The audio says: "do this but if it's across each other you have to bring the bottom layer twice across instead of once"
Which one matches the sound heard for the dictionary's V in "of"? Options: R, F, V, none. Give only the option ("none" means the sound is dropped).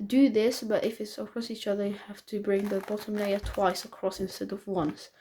V